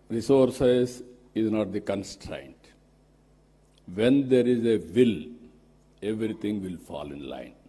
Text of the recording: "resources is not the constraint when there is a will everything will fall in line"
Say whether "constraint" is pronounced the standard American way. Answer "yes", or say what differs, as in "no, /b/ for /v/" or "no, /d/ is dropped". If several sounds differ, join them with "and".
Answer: yes